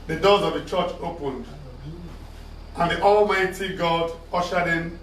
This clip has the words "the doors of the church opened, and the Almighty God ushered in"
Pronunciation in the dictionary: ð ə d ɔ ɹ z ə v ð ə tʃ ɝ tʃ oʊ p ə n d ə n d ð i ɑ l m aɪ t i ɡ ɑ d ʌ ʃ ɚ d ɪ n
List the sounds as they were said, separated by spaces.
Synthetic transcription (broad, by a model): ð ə d ɔ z ə v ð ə tʃ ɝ tʃ oʊ p ə n d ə n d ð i ɑ l m aɪ t i ɡ ɑ d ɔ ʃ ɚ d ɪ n